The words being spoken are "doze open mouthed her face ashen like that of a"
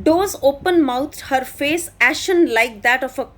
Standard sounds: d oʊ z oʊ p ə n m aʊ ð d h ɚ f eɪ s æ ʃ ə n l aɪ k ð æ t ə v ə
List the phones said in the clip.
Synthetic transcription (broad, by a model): d oʊ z oʊ p ə n m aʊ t h ɚ f eɪ s æ ʃ ə n l aɪ k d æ t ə f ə